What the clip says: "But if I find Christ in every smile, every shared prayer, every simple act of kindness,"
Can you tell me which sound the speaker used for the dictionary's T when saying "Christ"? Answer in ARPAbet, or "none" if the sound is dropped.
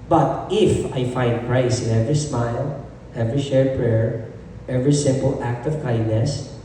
none